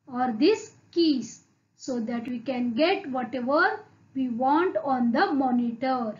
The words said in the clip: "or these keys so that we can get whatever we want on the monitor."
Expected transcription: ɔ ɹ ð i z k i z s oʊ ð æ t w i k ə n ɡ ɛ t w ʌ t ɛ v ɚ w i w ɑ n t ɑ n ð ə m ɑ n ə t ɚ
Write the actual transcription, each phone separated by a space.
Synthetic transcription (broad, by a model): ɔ ɹ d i s k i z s oʊ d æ t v i k ə n ɡ ɛ t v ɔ t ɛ v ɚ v i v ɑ n t ɑ n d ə m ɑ n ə t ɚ